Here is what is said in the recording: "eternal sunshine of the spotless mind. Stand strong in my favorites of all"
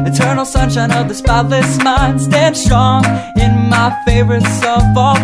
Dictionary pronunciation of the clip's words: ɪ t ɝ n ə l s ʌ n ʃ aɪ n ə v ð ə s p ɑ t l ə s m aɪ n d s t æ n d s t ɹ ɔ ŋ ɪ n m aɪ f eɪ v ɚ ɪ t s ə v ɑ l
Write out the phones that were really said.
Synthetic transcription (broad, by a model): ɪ t ɝ n l s ʌ n ʃ aɪ n ə v ð ə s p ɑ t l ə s m aɪ n d s t æ n d s t ɹ ɔ ŋ ɪ n m aɪ f eɪ v ɚ ɪ t s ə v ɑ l